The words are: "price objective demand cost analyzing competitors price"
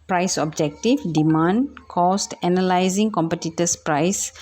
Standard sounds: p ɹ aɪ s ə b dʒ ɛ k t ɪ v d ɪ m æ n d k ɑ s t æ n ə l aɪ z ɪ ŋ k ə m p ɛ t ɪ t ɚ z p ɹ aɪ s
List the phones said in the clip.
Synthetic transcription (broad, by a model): p ɹ aɪ s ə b dʒ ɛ k t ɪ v d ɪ m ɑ n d k ɑ s t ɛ n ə l aɪ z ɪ ŋ k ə m p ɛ t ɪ t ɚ s p ɹ aɪ s